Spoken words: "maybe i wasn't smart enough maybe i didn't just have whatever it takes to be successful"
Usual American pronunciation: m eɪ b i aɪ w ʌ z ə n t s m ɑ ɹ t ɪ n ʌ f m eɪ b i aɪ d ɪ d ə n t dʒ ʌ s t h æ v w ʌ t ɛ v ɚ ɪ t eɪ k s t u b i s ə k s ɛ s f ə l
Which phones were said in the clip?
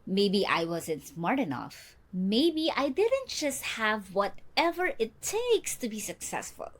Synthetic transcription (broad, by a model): m eɪ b i aɪ w ʌ z ə n t s m ɑ ɹ t ɪ n ʌ f m eɪ b i aɪ d ɪ d ə n t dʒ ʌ s t h æ v w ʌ t ɛ v ɚ ɪ t eɪ k s t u b i s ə k s ɛ s f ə l